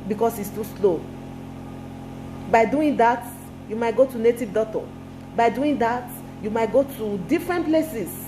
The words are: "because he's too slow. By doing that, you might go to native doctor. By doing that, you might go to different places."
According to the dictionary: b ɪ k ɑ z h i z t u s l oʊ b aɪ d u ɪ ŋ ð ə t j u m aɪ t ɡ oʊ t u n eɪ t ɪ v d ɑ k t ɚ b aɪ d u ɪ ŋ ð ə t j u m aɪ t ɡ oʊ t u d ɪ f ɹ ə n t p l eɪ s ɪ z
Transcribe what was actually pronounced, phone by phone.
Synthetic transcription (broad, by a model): b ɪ k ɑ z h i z t u s l oʊ b aɪ d u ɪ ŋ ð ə t j u m aɪ t ɡ oʊ t u n eɪ t ɪ v d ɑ t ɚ b aɪ d u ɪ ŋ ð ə t j u m aɪ t ɡ oʊ t u d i f ɹ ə n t p l eɪ s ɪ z